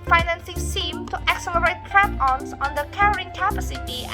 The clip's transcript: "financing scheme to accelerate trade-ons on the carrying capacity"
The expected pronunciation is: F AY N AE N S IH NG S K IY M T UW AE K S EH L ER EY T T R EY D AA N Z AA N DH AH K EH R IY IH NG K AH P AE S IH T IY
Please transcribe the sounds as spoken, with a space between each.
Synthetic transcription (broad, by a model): F AY N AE N S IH NG S IY M T UW AE K S EH L ER EY T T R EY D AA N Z AA N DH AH K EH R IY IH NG K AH P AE S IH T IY